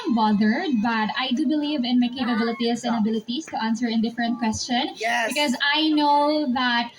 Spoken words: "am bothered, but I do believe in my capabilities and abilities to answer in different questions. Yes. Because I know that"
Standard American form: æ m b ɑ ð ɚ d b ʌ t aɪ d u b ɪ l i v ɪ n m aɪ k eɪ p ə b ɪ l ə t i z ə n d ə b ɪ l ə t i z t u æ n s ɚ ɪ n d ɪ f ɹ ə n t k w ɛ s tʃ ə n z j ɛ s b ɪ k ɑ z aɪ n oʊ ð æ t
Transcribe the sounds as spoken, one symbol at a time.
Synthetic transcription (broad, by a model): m b ɑ ð ɚ d b ʌ t aɪ d u b ɪ l i v ɪ n m aɪ k eɪ p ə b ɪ l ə t i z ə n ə b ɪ l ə t i s t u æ n s ɚ ɪ n d ɪ f ɹ ə n t k w ɛ s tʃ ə n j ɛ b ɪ k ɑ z aɪ n oʊ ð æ t